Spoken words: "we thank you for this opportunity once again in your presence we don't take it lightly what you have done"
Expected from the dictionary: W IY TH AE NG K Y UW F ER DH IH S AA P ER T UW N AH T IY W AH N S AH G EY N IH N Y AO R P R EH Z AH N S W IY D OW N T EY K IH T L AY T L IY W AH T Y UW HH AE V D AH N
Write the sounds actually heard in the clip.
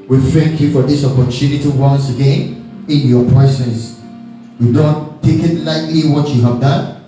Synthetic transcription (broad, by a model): W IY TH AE NG K Y UW F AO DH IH S AA P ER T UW N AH T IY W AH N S AH G EY N IH N Y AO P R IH S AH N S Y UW D OW N T EY K IH T L AY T L IY W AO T Y UW HH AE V D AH N